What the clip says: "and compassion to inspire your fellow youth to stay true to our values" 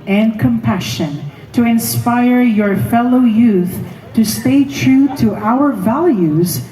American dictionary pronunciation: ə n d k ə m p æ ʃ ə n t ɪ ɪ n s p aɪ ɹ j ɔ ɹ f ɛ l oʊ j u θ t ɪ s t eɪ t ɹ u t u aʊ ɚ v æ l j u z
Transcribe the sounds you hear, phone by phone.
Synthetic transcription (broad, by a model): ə n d k ə m p æ ʃ ə n t ɪ ɪ n s p aɪ ɹ j ɔ ɹ f ɛ l oʊ j u θ t ɪ s t eɪ t ɹ u t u aʊ ɚ v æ l j u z